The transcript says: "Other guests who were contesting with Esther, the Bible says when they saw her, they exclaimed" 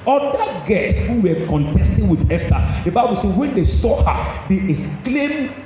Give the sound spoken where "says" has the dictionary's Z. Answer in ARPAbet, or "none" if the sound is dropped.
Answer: none